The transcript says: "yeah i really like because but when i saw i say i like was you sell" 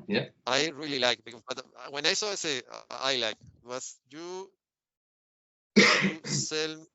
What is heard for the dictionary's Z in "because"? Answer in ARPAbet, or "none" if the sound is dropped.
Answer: none